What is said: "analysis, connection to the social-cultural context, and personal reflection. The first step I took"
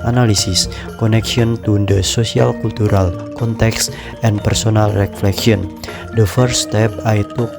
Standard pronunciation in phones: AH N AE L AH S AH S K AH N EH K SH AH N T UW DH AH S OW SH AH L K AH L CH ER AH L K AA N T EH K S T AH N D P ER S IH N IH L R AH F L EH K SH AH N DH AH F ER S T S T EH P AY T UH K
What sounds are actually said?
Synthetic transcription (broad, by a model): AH N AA L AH S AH S K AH N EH K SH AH N T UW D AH S OW S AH L K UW L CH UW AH L K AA N T EH K S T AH N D P ER S IH N IH L R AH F L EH K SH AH N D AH F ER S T S T EH P AY T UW